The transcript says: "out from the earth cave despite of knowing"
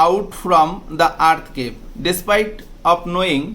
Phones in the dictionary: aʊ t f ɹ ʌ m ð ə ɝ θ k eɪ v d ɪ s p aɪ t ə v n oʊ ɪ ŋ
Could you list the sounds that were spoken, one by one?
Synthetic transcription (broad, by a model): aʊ t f ɹ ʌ m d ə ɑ t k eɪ p d ɪ s p aɪ t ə p n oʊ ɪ ŋ